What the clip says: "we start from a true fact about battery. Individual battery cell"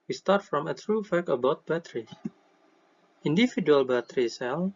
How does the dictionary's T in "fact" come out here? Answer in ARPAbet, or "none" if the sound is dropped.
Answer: none